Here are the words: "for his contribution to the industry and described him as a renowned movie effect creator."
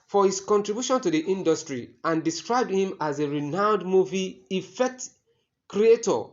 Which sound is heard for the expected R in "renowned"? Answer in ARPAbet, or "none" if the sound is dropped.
R